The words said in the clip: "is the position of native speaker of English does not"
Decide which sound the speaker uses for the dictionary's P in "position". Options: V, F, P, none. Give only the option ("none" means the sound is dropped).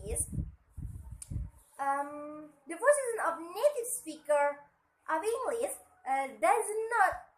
F